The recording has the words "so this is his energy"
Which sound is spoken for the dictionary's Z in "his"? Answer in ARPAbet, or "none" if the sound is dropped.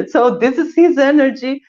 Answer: Z